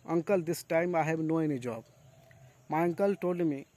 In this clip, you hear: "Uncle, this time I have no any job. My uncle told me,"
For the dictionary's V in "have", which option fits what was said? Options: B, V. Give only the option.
B